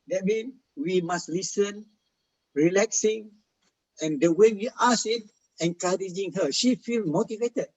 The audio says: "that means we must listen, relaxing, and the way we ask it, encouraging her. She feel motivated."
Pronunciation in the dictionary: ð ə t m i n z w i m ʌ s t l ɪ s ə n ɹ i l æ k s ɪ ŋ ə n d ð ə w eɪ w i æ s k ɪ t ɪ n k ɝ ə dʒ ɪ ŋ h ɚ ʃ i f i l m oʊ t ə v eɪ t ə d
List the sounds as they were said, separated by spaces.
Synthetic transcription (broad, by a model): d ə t m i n w i m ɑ s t l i s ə n ɹ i l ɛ k s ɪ ŋ ə n d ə w eɪ w i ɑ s ɪ t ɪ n k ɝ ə dʒ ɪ ŋ h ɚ ʃ i f i l m oʊ t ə v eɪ t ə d